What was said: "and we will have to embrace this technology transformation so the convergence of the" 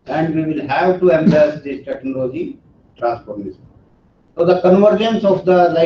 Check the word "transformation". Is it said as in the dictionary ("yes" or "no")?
no